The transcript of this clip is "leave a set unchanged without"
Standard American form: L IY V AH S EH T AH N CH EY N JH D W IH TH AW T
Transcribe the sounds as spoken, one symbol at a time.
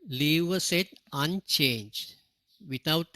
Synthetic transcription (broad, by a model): L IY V AH S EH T AH N CH EY N JH D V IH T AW T